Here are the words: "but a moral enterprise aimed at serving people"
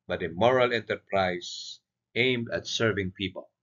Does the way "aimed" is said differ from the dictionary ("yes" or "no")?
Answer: no